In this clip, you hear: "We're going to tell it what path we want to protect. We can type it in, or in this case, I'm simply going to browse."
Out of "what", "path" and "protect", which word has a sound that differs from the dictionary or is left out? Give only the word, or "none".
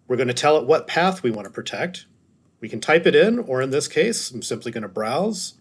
none